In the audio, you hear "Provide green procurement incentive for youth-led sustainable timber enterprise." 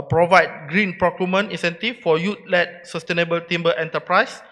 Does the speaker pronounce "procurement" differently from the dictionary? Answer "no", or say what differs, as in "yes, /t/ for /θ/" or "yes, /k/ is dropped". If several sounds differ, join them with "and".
yes, /t/ is dropped